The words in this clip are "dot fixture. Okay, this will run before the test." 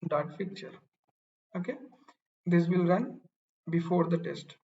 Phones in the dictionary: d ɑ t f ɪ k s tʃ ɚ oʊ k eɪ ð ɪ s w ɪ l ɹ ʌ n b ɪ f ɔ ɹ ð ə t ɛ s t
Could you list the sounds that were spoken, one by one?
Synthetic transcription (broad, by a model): d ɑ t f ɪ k tʃ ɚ oʊ k eɪ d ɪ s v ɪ l ɹ ʌ n b ɪ f ɔ ɹ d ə t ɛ s t